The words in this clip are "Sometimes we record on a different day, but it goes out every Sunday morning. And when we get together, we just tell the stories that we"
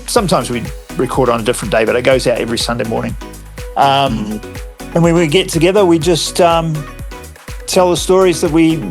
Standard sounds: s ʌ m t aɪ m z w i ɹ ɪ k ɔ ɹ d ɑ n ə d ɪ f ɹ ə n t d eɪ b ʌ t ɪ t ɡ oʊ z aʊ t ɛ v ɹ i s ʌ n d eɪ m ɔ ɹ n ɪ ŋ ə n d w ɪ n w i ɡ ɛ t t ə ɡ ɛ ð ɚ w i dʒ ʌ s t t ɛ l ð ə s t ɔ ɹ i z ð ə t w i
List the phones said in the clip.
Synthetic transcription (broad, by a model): s ʌ m t aɪ m z w i ɹ ɪ k ɔ ɹ d n ə d ɪ f ɹ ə n d eɪ b ʌ t ɪ t ɡ oʊ z aʊ t ɛ v ɹ i s ʌ n d eɪ m ɔ ɹ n ɪ ŋ ə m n w ɪ n w i ɡ ɛ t t ə ɡ ɛ ð ɚ w i dʒ ʌ s t t ɛ l ð ə s t ɔ ɹ i z ð ə t w i